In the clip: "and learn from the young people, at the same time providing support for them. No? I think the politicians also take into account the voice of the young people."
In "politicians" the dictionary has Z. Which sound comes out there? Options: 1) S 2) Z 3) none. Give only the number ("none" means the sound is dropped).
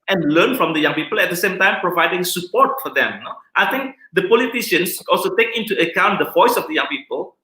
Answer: 1